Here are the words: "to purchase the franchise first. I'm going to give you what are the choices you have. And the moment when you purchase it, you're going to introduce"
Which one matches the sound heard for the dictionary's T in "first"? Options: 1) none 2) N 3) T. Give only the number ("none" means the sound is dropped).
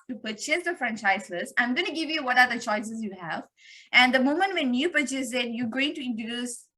1